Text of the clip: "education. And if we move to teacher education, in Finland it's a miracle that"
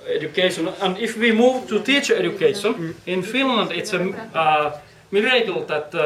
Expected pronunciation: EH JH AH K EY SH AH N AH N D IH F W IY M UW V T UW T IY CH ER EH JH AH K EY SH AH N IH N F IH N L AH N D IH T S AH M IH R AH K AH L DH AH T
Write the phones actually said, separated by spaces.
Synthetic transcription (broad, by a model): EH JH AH K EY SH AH N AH N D IH F W IY M UW V T UW T IY CH ER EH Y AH K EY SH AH N IH N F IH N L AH N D IH T S AH M IH R AH K AH L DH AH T